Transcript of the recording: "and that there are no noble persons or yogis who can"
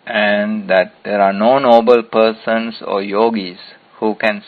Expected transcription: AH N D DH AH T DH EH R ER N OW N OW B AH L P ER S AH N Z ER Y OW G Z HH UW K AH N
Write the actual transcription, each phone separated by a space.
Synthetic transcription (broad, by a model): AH N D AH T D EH R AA N OW N OW B AH L P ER S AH N S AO Y OW G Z HH UW K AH N